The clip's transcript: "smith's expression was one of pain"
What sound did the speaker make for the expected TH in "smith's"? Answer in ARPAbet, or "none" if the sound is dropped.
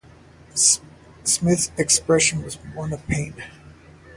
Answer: TH